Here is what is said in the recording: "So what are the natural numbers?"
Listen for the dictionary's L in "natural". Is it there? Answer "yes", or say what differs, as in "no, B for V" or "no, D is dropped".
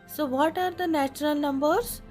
yes